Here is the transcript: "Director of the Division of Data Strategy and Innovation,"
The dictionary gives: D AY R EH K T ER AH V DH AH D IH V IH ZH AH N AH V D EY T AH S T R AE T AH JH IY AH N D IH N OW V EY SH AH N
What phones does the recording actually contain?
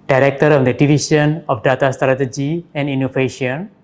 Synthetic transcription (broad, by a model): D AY R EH K T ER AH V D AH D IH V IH SH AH N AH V D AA T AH S T R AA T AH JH IY AH N D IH N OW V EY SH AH N